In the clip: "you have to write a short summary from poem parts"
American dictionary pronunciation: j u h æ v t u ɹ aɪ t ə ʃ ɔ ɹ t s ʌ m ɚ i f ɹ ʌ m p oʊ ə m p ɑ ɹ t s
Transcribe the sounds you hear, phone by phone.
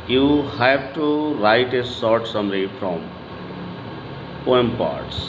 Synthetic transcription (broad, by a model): j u h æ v t u ɹ aɪ t ə s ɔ ɹ t s ʌ m ɚ i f ɹ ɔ m p oʊ ə m p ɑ ɹ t s